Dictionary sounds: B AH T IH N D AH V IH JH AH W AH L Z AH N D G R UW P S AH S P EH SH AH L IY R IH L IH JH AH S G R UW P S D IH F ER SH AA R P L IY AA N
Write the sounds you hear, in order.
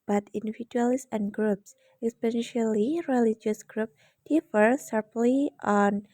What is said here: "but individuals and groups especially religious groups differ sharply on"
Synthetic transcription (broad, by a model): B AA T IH N D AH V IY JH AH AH L S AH N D G R UW P S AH S P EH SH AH L IY R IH L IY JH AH S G R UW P D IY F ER S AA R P L IY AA N